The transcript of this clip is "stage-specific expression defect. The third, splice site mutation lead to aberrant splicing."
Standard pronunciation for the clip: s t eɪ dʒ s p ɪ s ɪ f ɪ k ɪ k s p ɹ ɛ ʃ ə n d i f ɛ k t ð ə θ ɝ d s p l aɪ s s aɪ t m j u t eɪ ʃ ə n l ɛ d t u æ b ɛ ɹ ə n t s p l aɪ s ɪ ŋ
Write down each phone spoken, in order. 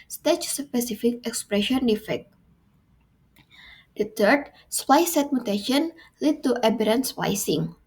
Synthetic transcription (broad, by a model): s t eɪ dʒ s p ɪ s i f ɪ k ɪ k s p ɹ ɛ ʃ ə n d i f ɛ k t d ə t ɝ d s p aɪ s s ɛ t m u t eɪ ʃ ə n l ɛ d t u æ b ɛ ɹ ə n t s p aɪ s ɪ ŋ